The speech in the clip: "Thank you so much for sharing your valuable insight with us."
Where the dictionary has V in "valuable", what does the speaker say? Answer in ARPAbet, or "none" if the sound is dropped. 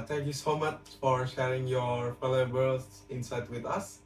F